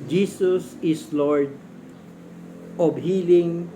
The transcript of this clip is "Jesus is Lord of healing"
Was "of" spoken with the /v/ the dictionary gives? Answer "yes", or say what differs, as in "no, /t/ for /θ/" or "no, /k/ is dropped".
no, /b/ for /v/